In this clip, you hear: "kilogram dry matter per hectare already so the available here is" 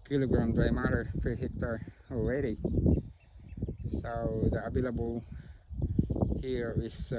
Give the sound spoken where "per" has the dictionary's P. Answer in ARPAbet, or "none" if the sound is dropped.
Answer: F